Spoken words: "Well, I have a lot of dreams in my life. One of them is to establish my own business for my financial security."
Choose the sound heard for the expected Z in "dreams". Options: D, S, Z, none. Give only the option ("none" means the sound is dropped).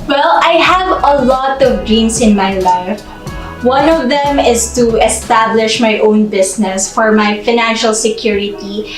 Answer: S